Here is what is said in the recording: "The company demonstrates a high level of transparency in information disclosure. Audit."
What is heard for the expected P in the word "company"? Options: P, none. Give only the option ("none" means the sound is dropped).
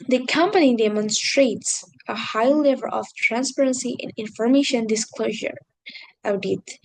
P